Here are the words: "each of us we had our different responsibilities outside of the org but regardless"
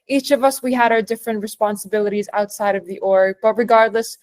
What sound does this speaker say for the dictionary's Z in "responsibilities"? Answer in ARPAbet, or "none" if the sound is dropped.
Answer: Z